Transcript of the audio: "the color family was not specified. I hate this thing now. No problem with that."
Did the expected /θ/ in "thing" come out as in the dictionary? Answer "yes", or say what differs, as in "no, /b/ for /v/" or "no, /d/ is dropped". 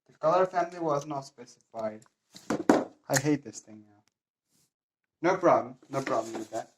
yes